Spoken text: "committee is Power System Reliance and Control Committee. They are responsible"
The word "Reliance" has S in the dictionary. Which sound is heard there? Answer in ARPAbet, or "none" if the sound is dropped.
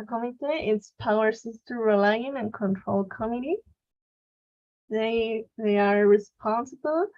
none